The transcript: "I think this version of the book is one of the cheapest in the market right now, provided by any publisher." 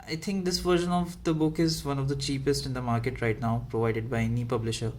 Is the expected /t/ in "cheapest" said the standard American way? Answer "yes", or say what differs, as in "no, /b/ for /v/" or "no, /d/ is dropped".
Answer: yes